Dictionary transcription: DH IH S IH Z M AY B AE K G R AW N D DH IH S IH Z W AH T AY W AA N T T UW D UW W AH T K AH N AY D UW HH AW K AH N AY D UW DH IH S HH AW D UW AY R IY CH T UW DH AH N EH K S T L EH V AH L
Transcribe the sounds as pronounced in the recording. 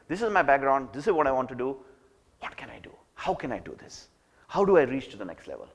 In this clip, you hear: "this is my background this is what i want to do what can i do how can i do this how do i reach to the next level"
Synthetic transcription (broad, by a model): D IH S IH Z M AY B AE K G R AW N D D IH S IH Z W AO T AY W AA N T T UW D UW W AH T K AH N AY D UW HH AW K AH N AY D UW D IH S HH AW D UW AY R IY CH T UW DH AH N EH K S T L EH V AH L